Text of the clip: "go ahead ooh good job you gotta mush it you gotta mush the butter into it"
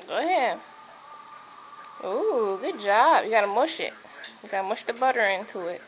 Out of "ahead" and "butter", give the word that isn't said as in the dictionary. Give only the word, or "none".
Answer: ahead